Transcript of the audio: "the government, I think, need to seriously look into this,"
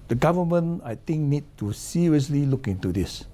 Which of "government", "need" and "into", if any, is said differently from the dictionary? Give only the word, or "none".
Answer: government